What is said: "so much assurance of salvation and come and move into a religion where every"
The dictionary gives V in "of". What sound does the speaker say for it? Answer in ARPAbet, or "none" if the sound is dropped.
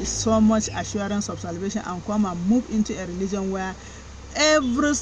B